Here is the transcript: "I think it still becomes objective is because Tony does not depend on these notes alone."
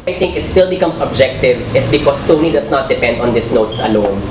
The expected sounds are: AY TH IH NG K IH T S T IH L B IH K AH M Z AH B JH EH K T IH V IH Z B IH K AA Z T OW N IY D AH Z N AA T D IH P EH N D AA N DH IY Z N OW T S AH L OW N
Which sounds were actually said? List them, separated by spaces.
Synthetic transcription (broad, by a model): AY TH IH NG K IH T S T IH L B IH K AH M S AH B JH EH K T IH V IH S B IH K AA S T OW N IY D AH S N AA T D IH P EH N D AA N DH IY S N OW T S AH L OW N